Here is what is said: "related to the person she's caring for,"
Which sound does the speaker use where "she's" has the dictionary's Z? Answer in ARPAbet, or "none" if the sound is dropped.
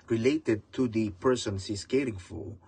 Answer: S